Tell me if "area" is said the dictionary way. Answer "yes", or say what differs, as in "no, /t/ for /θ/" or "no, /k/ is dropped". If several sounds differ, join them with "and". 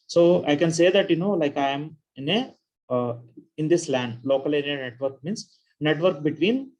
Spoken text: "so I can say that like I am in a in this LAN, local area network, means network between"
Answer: no, /ɹ/ is dropped